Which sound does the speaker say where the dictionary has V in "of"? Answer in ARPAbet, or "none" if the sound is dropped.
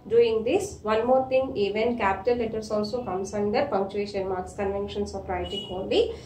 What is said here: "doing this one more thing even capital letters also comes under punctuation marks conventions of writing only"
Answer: P